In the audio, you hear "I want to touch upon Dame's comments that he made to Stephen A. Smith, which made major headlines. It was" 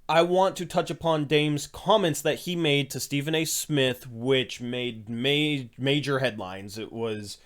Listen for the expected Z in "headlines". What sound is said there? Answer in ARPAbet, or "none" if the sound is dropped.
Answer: Z